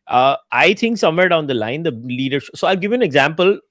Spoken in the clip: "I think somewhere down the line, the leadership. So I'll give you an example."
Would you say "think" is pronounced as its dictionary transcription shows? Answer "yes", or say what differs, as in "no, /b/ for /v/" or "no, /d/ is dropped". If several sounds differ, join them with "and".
no, /t/ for /θ/